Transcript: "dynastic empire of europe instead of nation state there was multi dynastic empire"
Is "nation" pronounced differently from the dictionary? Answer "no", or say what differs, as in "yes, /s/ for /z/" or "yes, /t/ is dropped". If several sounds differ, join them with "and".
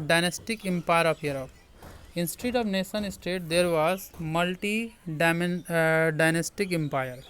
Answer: yes, /s/ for /ʃ/